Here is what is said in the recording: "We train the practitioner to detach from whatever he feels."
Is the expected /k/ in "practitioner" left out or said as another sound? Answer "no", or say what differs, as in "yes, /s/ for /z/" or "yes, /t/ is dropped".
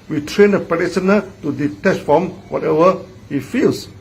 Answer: yes, /k/ is dropped